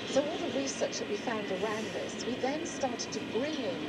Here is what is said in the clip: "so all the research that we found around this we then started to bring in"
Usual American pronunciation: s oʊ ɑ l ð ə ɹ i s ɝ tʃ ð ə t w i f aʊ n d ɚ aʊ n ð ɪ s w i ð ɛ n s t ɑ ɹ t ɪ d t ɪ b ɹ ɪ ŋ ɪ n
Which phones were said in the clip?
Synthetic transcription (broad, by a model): s oʊ ɑ l ð ə ɹ i s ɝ tʃ ð ə t w i f aʊ n d ɚ aʊ n ð ɪ s w i ð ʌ n s t ɑ ɹ t ɪ d t ɪ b ɹ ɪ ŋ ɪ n